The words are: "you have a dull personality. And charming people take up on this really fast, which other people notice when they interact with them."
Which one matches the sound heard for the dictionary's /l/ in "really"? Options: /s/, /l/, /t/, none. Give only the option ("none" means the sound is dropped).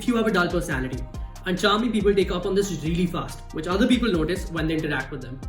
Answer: /l/